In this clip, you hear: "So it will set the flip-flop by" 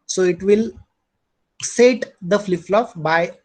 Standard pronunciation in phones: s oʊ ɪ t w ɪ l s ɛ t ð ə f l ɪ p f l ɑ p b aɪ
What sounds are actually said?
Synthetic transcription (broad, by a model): s oʊ ɪ t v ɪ l s ɛ t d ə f l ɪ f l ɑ f b aɪ